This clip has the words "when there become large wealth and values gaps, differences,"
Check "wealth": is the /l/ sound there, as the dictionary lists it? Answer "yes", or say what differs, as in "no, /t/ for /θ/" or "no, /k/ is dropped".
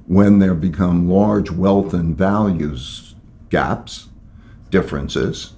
yes